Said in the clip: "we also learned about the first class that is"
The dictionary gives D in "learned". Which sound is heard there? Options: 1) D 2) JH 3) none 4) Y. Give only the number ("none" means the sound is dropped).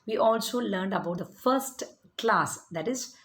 1